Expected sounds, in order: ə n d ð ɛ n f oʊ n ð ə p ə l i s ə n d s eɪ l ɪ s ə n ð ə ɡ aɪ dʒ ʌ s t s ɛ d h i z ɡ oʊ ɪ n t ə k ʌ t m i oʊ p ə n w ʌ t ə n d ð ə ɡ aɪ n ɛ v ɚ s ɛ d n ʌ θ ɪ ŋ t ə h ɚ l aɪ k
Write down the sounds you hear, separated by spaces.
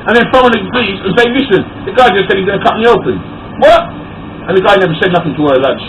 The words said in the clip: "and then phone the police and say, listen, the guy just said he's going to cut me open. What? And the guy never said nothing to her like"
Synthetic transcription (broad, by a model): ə n ð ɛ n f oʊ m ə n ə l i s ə n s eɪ l ɪ s ə n ð ə ɡ aɪ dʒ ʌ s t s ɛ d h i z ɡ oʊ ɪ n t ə k ʌ t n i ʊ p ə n w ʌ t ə n ð ə ɡ aɪ n ɛ v ɚ s ɛ d n ʌ θ ɪ ŋ t ə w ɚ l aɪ